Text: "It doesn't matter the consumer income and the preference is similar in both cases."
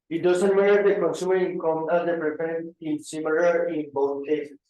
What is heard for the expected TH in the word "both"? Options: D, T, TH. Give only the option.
T